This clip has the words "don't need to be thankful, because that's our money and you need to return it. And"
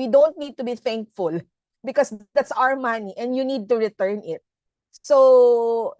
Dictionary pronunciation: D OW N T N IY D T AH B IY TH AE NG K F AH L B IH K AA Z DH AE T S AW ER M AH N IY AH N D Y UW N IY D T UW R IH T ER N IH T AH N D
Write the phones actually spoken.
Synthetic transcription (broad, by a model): D OW N T N IY D T AH B IY TH AE NG K F AH L B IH K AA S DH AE T S AW ER M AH N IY AH N D Y UW N IY D T UW R IH T ER N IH T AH